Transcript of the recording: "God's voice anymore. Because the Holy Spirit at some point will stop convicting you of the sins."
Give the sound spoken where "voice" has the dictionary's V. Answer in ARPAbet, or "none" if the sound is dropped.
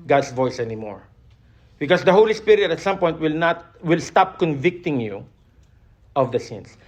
V